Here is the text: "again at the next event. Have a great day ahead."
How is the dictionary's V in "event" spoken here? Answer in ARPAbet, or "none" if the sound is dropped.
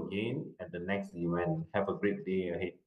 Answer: W